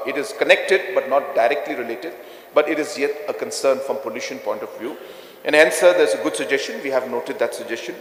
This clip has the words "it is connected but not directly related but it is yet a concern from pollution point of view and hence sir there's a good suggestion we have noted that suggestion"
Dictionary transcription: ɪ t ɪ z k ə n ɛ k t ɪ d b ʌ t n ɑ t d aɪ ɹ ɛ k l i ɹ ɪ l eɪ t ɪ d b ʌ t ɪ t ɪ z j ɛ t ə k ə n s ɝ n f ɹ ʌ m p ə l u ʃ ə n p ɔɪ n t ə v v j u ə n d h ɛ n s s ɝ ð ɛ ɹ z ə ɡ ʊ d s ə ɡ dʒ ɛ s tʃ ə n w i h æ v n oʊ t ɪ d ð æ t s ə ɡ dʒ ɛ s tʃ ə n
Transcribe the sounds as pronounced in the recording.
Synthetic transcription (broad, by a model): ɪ t ɪ z k ə n ɛ k t ɪ d b ʌ t n ɑ t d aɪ ɹ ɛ k l i ɹ ɪ l eɪ t ɪ d b ʌ t ɪ t ɪ z j ɛ t ə k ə n s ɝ n f ɹ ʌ m p ə l u ʃ ə n p ɔɪ n t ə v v j u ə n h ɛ n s s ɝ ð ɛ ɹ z ə ɡ ʊ d s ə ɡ dʒ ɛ s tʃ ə n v i h æ v n oʊ t ɪ d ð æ t s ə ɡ dʒ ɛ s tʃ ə n